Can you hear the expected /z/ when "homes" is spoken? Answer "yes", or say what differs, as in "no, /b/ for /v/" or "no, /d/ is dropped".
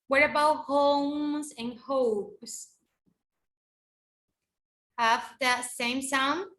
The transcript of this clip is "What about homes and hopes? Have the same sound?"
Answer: yes